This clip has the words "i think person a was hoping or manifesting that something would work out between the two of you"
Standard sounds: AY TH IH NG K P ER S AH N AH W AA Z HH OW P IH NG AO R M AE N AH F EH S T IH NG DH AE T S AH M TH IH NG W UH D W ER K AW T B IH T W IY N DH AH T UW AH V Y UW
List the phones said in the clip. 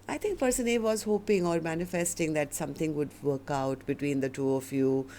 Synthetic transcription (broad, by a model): AY T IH NG K P ER S AH N AH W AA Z HH OW P IH NG AO R M AE N AH F EH S T IH NG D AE T S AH M T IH NG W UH D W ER K AW T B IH T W IY N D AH T UW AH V Y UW